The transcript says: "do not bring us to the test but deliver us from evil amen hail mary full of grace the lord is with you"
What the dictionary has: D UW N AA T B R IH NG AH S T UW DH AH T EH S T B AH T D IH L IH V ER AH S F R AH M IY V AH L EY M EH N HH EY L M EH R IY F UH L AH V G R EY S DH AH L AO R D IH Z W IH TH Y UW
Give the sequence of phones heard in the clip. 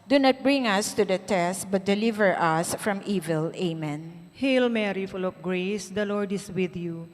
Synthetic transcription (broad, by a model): D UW N AA T B R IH NG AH S T UW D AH T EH S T B AH T D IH L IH V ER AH S F R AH M IY V AH L EY M EH N HH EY L M EH R IY F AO L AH P G R EY S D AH L AO R D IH S W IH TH Y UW